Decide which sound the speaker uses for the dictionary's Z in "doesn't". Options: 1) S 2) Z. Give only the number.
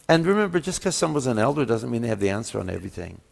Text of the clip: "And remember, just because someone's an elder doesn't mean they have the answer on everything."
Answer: 2